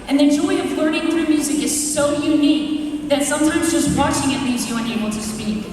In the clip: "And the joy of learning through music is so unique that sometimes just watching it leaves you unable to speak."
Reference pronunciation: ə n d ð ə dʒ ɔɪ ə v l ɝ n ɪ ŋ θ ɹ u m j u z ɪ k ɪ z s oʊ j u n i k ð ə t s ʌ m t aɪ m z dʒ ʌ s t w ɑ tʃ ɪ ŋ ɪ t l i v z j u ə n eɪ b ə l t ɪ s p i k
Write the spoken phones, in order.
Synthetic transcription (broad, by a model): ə n ð ə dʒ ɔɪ ə v l ɝ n ɪ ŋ θ ɹ u m j u z ɪ k ɪ z s oʊ j u n i k ð ə t s ʌ m t aɪ m z dʒ ʌ s t w ɑ tʃ ɪ ŋ ɪ t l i z j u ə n eɪ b l t ɪ s p i k